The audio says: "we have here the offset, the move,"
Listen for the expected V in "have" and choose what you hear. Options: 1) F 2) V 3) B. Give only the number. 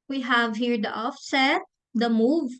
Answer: 2